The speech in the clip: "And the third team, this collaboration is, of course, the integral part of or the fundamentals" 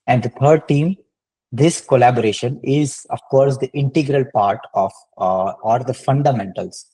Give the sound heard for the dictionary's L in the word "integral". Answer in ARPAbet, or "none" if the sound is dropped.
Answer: L